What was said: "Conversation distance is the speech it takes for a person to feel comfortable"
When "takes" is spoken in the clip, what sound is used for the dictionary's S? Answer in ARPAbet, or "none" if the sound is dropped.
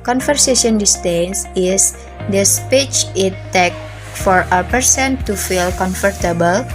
none